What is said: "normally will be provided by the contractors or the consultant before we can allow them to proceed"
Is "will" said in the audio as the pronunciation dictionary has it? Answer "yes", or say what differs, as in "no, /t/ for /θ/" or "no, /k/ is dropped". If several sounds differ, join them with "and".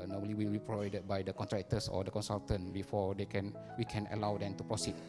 yes